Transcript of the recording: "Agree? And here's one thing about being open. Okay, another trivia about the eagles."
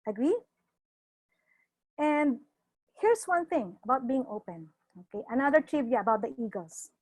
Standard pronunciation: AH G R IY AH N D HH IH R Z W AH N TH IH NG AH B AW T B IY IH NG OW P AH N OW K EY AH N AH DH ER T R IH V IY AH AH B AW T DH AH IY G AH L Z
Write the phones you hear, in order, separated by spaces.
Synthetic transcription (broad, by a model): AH G R IY AH N D HH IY R S W AH N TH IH NG AH B AW T B IY IH NG OW P AH N OW K EY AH N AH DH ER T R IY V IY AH AH B AW T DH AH IY G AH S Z